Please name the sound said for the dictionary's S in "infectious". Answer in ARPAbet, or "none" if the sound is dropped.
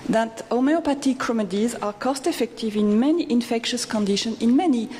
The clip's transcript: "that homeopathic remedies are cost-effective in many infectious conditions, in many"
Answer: S